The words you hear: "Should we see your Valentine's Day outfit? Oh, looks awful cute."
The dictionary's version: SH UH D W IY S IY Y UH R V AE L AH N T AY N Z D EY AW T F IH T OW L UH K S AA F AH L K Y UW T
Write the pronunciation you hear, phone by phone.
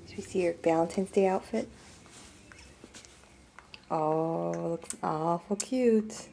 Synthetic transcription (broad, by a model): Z W IY S IY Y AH R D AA AH N T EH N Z D EY AW T F IH T OW L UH K AA F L K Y UW T